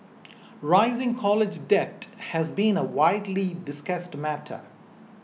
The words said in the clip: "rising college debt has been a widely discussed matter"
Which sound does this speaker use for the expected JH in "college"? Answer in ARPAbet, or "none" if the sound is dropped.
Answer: JH